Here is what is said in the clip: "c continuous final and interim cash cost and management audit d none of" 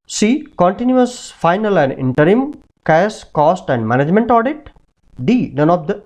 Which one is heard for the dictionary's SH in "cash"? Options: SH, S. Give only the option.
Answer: S